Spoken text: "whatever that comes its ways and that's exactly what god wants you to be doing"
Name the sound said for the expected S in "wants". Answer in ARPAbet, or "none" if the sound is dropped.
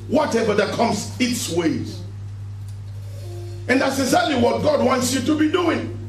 S